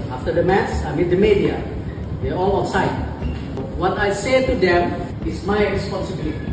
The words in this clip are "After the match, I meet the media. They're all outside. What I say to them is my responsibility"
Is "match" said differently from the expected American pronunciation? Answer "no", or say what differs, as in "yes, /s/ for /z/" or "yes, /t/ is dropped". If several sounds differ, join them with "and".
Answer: yes, /s/ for /tʃ/